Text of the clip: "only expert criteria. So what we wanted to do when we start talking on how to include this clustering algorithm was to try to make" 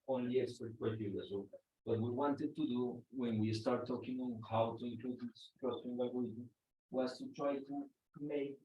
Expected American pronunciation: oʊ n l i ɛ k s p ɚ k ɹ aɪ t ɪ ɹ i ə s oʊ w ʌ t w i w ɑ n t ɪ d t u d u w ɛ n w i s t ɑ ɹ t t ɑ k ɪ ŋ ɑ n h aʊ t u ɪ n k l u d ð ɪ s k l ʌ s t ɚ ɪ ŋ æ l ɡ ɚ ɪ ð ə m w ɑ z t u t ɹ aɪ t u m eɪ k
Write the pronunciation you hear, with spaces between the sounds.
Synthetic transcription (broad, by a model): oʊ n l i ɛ s ɚ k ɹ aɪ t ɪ l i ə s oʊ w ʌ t w i w ɑ n t ɪ d t u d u w ɛ n w i s t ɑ ɹ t t ɑ k ɪ ŋ ɑ n h aʊ t u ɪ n k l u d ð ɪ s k ʌ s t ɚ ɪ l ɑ ɡ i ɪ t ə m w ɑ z t u t ɹ aɪ t u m eɪ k